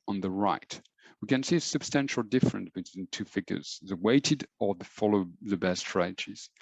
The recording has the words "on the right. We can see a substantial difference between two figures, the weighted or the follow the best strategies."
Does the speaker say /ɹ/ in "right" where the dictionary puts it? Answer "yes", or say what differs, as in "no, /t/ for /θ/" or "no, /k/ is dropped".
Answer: yes